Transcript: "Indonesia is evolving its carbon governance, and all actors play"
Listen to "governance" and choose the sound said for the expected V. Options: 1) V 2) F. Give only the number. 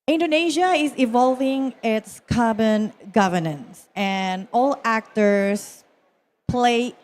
1